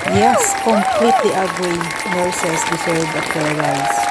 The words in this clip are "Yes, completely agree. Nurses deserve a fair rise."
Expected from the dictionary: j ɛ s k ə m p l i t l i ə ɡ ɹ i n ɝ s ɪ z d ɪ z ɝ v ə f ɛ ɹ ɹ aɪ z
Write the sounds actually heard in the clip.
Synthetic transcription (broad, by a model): j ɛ s k ə m p l i t l i ə ɡ ɹ i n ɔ s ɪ s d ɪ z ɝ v ə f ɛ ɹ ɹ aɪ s